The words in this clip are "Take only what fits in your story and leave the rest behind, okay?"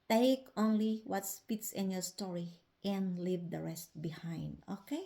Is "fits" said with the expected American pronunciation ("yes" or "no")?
no